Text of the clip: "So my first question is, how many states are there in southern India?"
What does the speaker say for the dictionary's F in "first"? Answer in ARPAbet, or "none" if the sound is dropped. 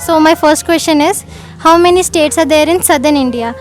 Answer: F